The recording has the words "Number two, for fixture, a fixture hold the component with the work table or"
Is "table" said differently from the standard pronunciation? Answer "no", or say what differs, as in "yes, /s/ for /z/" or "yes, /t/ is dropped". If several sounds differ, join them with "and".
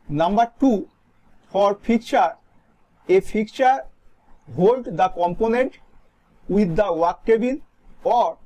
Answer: yes, /n/ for /l/